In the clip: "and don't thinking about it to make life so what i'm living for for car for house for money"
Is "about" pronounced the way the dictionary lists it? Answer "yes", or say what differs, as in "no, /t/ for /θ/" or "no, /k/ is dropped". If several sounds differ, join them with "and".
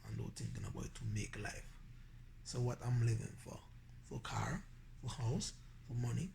no, /t/ is dropped